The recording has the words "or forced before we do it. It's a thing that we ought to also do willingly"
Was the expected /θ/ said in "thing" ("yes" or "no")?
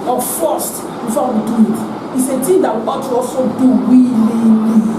no